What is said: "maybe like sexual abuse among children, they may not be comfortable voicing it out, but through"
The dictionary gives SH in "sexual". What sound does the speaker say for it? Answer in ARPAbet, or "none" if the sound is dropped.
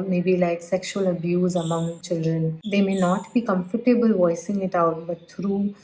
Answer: SH